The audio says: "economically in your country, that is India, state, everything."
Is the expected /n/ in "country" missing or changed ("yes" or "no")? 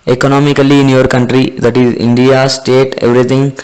no